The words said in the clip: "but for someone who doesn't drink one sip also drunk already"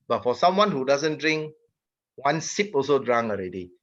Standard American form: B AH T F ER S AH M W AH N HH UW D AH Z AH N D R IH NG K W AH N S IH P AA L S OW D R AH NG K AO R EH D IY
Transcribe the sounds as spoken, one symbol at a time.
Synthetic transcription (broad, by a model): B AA T F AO S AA M W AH N HH UW D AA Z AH N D R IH NG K W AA N S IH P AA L S OW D R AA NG AO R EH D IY